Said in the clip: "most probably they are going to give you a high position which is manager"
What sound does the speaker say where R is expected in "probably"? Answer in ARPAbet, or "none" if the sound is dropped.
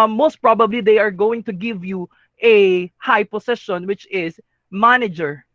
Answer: R